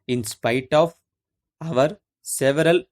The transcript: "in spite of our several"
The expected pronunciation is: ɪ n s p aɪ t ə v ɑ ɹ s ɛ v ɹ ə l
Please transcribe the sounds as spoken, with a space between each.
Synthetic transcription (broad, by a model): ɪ n s p aɪ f ə v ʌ ɹ s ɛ v ɹ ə l